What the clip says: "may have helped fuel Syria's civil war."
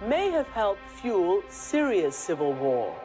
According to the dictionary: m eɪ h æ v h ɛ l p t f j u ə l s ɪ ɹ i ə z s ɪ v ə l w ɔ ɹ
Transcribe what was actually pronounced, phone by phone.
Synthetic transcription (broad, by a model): m eɪ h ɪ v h ɛ l t f j u l s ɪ ɹ i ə s ɪ v ə l w ɔ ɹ